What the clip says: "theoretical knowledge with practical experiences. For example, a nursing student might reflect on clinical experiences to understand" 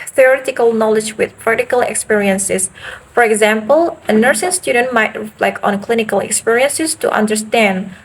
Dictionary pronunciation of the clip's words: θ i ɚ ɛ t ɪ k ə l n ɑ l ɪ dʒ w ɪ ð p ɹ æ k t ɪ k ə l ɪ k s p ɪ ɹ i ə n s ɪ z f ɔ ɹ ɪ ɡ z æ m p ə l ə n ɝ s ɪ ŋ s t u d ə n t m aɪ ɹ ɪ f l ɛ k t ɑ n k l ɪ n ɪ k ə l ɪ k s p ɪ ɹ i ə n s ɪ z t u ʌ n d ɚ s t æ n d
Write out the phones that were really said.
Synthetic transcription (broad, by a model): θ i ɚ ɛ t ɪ k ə l n ɑ l ɪ dʒ w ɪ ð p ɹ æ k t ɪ k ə l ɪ k s p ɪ ɹ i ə n s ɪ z f ɔ ɹ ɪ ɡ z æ m p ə l ə n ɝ s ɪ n s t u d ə n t m aɪ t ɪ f l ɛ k ɑ n k l ɪ n ɪ k ə l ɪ k s p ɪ ɹ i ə n s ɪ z t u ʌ n d ɚ s t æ n d